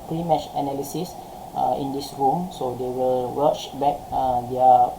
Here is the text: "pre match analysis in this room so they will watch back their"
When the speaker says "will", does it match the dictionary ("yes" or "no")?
yes